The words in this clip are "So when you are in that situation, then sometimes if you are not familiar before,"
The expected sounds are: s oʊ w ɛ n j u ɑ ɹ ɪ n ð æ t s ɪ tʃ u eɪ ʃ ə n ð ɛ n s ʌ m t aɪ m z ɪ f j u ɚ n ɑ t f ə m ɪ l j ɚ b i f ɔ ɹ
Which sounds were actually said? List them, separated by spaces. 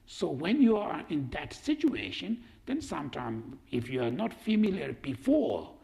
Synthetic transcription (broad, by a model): s oʊ w ɛ n j u ɑ ɹ ɪ n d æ t s ɪ tʃ u eɪ ʃ ə n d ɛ n s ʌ m t aɪ m ɪ f j u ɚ n ɑ t f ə m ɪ l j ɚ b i f ɔ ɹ